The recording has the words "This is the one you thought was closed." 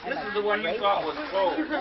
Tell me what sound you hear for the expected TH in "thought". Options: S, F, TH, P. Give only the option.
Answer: S